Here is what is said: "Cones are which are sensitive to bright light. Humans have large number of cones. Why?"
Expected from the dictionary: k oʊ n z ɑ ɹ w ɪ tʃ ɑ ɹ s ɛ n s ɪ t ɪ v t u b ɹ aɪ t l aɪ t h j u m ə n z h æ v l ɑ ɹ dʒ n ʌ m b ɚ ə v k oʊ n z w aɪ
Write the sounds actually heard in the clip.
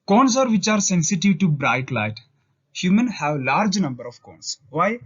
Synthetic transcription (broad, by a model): k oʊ n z ɑ ɹ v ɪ tʃ ɑ ɹ s ɛ n s ɪ t ɪ v t u b ɹ aɪ t l aɪ t h j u m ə n h æ v l ɑ ɹ dʒ n ʌ m b ɚ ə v k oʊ n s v aɪ